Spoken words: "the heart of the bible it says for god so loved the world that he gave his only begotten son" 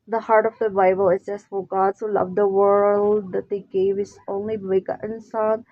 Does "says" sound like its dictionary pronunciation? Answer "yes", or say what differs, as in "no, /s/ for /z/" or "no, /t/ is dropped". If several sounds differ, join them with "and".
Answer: no, /s/ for /z/